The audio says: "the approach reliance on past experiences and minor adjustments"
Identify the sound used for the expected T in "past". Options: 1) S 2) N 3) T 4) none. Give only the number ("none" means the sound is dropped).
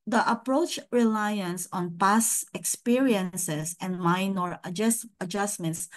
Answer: 4